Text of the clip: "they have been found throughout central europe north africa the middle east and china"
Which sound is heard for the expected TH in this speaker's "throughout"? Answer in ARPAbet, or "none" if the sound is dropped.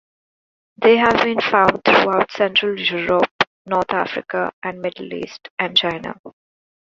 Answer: T